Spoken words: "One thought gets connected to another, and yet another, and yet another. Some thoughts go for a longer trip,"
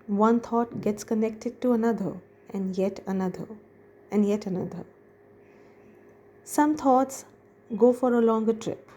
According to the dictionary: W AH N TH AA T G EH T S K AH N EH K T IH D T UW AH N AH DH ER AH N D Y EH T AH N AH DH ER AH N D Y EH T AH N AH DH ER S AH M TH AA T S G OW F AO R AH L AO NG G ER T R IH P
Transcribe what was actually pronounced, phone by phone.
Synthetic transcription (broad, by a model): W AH N T AA T G EH T S K AH N EH K T IH D T UW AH N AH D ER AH N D Y EH T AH N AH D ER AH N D Y EH T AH N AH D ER S AH M T AA T S G OW F AO R AH L AO NG G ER T R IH P